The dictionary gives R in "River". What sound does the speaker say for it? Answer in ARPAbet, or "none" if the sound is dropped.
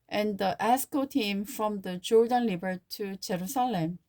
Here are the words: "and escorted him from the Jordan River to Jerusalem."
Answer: L